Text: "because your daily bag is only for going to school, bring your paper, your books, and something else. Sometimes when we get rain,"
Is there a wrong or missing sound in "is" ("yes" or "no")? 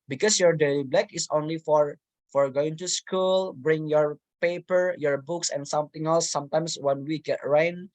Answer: yes